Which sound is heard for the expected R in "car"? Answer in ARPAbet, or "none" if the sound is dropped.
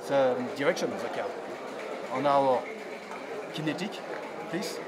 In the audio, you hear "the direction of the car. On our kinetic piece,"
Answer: L